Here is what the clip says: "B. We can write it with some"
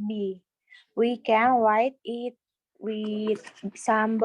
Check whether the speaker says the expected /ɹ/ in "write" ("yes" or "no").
no